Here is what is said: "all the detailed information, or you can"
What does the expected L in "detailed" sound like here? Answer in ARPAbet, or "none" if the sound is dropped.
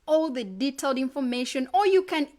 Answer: L